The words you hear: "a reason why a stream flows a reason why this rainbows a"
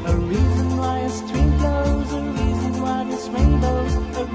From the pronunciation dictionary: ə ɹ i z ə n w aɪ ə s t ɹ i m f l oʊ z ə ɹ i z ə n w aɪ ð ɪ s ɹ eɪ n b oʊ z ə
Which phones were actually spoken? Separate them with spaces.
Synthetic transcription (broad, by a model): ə ɹ i z ə n w aɪ ə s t w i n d oʊ z ə ɹ i z ə n w aɪ ð ɪ s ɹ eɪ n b oʊ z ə